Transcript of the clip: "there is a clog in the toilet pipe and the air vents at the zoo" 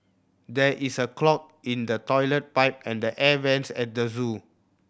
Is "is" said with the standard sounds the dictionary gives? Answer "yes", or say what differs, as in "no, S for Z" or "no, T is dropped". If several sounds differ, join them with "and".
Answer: no, S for Z